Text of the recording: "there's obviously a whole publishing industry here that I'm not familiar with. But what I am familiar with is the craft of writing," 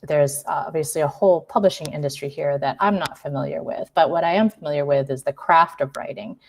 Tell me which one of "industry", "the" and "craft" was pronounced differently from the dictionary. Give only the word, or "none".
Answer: none